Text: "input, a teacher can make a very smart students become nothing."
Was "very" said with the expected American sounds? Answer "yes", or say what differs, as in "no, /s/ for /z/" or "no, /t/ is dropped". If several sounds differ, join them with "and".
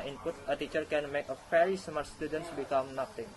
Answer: no, /f/ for /v/